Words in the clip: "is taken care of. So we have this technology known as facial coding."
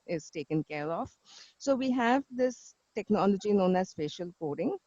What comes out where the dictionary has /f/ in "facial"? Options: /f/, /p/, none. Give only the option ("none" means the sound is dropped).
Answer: /p/